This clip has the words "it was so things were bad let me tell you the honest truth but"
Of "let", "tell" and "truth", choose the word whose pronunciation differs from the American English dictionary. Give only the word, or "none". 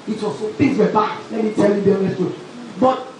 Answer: truth